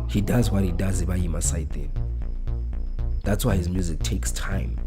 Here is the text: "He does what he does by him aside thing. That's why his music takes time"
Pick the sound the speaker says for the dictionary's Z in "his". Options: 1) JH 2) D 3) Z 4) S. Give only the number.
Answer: 3